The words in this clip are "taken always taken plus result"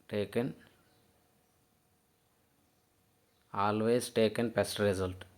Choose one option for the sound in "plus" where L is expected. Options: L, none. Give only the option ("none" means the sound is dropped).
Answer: none